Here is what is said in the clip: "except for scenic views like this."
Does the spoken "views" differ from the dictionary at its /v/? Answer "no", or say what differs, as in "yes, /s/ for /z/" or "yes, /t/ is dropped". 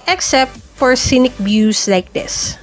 yes, /b/ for /v/